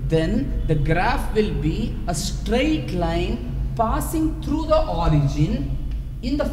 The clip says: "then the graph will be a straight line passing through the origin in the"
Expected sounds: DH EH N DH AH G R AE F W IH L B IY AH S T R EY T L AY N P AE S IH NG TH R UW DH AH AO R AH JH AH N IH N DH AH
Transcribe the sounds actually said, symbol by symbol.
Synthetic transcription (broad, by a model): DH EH N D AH G R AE F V IH L B IY AH S T R EY T L AY N P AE S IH NG T R UW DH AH AO R AH JH AH N IH N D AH